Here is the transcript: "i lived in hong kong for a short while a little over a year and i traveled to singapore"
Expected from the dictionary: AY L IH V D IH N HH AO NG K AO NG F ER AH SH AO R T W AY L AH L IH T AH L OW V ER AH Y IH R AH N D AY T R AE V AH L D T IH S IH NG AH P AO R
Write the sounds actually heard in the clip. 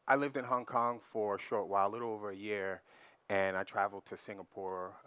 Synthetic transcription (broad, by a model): AY L IH V D IH N HH AO NG K AO NG F ER AH SH AO R T W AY AH L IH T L OW V ER AH Y IH R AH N AY T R AE V L D T IH S IH NG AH P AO R